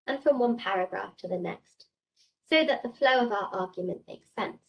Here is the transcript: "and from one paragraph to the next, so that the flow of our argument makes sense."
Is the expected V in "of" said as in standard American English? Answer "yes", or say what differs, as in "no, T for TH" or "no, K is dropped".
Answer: yes